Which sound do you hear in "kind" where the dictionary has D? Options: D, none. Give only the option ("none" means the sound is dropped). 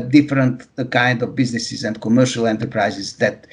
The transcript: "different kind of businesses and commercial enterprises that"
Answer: D